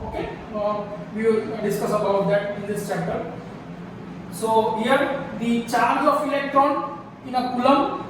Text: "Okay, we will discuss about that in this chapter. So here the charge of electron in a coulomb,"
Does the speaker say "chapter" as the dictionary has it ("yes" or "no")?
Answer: no